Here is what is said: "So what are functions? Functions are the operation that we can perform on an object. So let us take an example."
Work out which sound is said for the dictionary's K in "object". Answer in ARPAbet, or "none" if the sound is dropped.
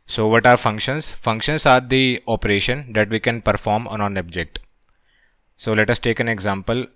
K